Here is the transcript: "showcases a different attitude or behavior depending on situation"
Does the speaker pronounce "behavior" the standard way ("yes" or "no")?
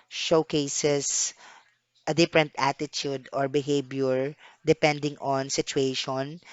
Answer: no